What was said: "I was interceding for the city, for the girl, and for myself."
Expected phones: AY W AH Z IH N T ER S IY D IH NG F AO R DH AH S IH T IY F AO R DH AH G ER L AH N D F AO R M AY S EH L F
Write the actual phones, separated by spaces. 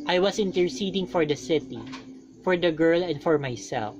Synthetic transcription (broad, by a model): AY W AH S IH N T ER S IY D IH NG F AO R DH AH S IH T IY F AO R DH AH G ER L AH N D F AO R M AY S EH L F